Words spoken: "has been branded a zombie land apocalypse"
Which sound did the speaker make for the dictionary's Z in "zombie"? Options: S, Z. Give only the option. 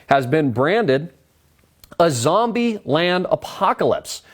Z